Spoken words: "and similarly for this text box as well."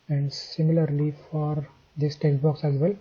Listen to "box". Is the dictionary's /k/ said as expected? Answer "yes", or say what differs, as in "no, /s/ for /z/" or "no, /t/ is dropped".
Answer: yes